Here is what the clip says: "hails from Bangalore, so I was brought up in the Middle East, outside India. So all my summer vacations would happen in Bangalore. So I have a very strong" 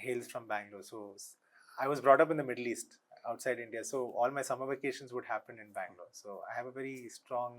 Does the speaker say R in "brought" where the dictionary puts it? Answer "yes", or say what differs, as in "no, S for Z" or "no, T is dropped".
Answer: yes